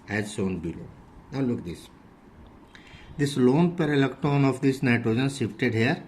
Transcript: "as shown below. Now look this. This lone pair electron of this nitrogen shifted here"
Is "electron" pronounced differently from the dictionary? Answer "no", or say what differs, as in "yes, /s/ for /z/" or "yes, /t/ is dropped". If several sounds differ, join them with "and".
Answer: yes, /ɹ/ is dropped